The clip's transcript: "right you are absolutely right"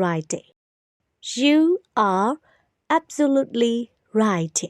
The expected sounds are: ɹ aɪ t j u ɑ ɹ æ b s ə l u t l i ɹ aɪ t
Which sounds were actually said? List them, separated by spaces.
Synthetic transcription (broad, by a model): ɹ aɪ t j u ɑ ɹ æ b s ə l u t l i ɹ aɪ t